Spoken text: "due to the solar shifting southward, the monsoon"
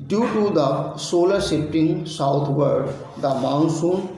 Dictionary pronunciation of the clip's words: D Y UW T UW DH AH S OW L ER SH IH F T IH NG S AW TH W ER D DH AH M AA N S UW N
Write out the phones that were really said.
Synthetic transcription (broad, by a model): D Y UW T UW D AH S OW L ER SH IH P T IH NG S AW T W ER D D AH M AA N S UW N